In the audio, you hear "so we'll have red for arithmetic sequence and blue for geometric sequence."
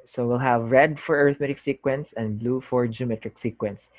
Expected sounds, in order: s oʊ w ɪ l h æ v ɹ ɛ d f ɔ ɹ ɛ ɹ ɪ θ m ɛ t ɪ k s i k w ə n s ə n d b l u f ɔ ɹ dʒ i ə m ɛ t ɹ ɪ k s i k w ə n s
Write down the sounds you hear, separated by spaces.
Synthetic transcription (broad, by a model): s oʊ w ɪ l h æ v ɹ ɛ d f ɔ ɹ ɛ ɹ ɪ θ m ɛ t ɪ k s i k w ə n s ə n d b l u f ɔ ɹ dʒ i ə m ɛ t ɹ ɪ k s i k w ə n s